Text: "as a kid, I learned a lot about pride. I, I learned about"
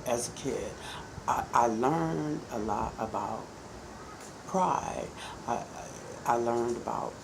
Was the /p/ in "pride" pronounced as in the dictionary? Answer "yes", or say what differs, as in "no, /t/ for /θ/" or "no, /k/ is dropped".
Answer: yes